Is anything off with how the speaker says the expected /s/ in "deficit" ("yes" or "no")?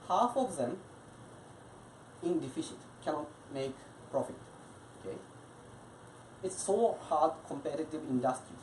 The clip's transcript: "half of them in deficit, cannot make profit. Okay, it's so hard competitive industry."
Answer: yes